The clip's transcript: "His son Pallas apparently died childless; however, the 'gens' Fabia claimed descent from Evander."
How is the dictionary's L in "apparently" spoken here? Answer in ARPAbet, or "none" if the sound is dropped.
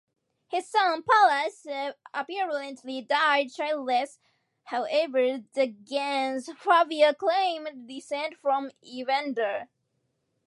L